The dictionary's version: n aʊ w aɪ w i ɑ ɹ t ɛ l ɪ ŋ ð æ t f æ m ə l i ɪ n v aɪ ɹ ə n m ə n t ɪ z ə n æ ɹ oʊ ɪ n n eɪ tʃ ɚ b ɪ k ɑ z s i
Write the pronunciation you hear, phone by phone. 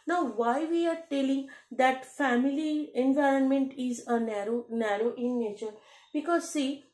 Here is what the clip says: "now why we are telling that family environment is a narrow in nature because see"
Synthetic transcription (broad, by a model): n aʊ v aɪ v i ɑ ɹ t ɛ l ɪ ŋ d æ t f æ m ə l i ɪ n v aɪ ɹ ə n m ə n t ɪ z ə n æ ɹ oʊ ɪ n n eɪ tʃ ɚ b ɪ k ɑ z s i